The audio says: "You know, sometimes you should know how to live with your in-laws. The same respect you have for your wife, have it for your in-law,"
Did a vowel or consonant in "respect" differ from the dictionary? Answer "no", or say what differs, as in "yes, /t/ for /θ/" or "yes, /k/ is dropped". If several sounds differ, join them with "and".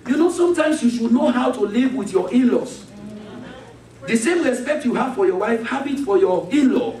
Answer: no